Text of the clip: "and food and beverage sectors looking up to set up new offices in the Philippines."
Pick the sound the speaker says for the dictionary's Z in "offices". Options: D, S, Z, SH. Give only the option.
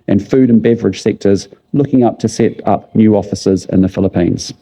Z